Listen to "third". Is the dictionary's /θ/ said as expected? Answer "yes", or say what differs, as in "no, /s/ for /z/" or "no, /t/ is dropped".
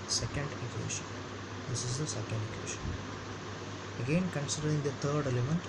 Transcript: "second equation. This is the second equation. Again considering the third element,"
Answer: no, /t/ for /θ/